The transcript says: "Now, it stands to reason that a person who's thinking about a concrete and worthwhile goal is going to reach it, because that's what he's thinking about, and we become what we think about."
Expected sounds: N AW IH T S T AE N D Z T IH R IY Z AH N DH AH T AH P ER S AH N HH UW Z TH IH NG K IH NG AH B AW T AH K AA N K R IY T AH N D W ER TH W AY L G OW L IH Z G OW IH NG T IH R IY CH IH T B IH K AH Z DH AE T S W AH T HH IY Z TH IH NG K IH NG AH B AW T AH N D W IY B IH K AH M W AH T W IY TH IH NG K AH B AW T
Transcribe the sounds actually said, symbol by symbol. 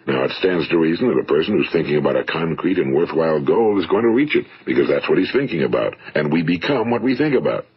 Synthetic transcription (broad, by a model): N AW IH T S T AE N D Z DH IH R IY Z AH N DH AH T AH P ER S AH N HH UW Z TH IH NG K IH NG AH B AW T AH K AA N K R IY T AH N W ER TH W AY L G OW L IH Z G OW IH NG T IH R IY CH IH T B IH K AH Z DH AE T S W AH T HH IY Z TH IH NG K IH NG AH B AW T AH N W IY B IH K AH M W AH T W IY TH IH NG K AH B AW T